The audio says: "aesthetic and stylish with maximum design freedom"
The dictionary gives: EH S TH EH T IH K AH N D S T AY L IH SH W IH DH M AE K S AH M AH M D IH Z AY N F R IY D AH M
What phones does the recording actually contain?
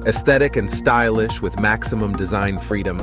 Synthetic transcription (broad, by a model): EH S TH EH T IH K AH N S T AY L IH SH W IH DH M AE K S AH M AH M D IH Z AY N F R IY D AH M